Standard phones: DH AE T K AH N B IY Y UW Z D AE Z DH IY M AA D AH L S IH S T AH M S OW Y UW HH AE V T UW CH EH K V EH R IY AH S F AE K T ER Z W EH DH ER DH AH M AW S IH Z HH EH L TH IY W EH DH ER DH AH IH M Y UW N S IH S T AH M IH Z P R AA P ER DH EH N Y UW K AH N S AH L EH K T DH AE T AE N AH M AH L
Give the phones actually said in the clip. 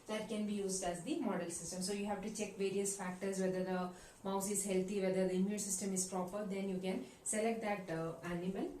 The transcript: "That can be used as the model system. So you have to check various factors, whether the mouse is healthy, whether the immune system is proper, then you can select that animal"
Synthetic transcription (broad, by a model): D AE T K AH N B IY Y UW Z D AE Z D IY M AA D AH L S IH S T AH M S OW Y UW HH AE V T UW CH EH K V EH R IY AH S F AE K T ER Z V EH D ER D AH M AW S IH Z HH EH L T IY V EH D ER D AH IH M Y UW N S IH S T AH M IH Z P R AA P ER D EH N Y UW K AH N S AH L EH K T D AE T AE N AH M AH L